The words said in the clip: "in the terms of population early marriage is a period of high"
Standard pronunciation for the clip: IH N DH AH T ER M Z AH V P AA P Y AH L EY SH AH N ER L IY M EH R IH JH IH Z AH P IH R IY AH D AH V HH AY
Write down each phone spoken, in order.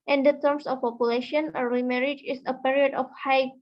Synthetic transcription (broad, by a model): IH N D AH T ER M S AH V P AA P Y AH L EY SH AH N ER IY M EH R IH JH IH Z AH P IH R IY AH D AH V HH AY